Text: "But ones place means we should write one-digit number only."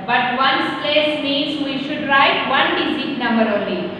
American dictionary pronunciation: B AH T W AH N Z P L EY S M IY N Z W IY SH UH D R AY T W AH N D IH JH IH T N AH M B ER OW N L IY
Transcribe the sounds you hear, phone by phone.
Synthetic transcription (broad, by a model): B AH T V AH N S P L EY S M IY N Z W IY SH UH D R AY T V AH N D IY Z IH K N AH M B ER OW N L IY